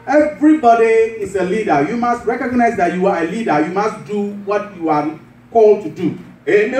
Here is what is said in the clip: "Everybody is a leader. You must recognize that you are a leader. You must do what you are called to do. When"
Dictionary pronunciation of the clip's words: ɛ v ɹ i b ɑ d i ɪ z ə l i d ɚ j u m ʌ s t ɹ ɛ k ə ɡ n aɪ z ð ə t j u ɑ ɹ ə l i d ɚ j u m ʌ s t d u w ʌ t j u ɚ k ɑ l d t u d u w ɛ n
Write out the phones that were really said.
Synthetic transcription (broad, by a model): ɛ v ɹ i b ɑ d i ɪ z ə l i d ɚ j u m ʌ s t ɹ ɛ k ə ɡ n aɪ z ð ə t j u ɑ ɹ ə l i d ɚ j u m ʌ s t d u w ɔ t j u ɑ k ɑ l d t u d u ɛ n